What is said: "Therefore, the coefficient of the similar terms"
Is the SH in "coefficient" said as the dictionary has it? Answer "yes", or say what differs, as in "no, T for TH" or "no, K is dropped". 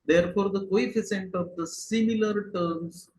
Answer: no, S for SH